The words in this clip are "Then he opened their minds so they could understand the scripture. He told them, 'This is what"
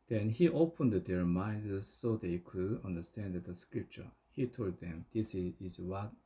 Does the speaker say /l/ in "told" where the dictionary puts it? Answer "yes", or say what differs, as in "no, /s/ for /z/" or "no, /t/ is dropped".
yes